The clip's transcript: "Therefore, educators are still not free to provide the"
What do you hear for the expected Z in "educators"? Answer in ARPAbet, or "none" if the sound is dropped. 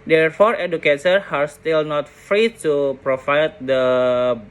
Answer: none